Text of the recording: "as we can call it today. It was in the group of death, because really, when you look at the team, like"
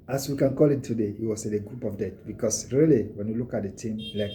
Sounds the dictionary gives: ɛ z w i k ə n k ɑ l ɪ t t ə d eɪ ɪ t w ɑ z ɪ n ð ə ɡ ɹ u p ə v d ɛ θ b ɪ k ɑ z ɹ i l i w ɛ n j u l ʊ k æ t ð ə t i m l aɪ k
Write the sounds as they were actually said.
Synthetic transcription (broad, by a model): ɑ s w i k ə n k ɑ l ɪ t t ə d eɪ ɪ t w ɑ s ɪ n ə ɡ ɹ u p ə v d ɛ t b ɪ k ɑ s ɹ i l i w ɛ n j u l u k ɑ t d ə t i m l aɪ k